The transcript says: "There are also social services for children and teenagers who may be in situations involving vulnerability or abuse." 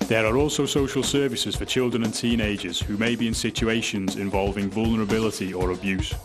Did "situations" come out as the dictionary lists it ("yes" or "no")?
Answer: yes